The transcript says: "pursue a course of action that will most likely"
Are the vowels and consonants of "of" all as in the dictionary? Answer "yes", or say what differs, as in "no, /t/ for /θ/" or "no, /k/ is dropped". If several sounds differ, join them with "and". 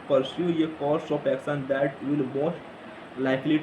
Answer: no, /p/ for /v/